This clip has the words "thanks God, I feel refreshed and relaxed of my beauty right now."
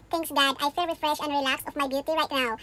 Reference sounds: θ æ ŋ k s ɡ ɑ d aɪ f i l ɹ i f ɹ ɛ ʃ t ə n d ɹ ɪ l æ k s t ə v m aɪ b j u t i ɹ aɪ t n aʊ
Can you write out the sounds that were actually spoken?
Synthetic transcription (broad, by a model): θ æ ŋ k s ɡ ɑ d aɪ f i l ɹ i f ɹ ɛ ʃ ə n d ɹ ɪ l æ k s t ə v m aɪ b j u t i ɹ aɪ t n aʊ